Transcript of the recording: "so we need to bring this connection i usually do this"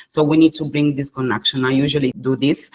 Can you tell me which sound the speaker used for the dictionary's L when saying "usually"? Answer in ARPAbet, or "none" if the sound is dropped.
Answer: L